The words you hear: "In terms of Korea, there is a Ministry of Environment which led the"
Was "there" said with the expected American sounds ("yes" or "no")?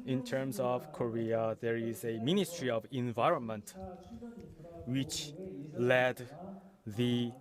yes